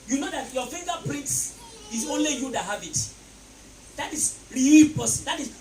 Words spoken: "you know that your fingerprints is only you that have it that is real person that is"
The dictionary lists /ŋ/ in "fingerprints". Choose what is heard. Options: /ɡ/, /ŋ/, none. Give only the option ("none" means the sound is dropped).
none